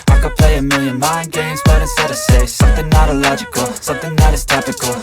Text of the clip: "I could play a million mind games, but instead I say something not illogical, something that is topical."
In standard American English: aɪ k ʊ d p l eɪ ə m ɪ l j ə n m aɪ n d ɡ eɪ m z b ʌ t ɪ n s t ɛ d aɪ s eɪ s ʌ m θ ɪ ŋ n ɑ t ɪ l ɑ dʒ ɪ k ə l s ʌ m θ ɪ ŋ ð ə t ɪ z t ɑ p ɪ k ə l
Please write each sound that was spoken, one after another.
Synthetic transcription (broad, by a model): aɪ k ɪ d p l eɪ ə m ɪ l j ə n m aɪ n ɡ eɪ m z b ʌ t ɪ s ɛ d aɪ s eɪ s ʌ m θ ɪ ŋ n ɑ t ɪ l ɑ dʒ ɪ k ə l s ʌ m θ ɪ ŋ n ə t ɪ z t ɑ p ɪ k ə l